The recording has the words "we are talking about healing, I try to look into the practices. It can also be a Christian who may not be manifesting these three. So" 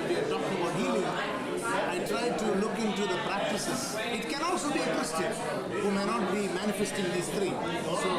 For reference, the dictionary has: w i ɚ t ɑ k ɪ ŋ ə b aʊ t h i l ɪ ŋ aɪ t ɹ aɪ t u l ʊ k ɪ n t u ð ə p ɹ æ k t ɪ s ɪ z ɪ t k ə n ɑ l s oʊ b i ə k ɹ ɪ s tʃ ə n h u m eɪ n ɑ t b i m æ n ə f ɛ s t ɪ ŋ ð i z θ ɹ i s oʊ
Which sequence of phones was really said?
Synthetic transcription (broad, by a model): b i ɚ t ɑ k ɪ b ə ʊ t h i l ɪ aɪ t ɹ aɪ t u l ʊ k ɪ n t u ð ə p ɹ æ k t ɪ s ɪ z ɪ t k ə n ɑ l s oʊ b i ə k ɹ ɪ s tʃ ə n h u m eɪ n ɑ t b i m æ n ə f ɛ s t ɪ ŋ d i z t ɹ i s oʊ